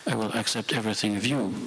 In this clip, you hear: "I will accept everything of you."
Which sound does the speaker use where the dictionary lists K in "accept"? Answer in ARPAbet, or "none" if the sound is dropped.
K